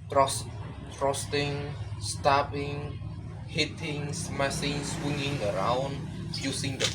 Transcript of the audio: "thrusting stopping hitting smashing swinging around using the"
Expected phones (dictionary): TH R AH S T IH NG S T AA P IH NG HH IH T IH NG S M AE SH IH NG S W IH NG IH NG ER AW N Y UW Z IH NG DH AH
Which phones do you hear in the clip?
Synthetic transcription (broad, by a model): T R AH S T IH NG S T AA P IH NG HH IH T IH NG S M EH S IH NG S W IH NG IH NG ER AW N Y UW S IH NG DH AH